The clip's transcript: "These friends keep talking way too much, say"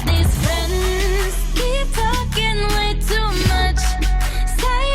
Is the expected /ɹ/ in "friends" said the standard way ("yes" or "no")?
yes